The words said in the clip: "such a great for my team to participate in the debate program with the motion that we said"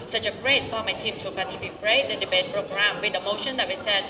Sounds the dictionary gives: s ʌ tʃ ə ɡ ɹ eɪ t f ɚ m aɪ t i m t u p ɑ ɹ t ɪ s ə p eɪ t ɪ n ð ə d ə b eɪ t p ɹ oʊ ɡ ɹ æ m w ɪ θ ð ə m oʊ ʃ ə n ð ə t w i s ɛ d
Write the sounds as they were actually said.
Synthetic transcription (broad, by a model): s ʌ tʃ ə ɡ ɹ eɪ t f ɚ m aɪ t i m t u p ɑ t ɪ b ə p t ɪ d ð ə d ə b eɪ t p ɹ oʊ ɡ ɹ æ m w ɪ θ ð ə m oʊ ʃ ə n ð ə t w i s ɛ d